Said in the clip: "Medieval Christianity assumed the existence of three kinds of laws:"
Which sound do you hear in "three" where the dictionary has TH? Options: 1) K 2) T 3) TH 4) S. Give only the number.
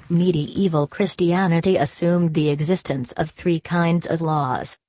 3